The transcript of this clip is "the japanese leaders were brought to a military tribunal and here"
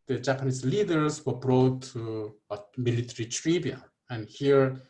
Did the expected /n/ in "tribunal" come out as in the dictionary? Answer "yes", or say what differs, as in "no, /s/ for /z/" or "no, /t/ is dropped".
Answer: no, /n/ is dropped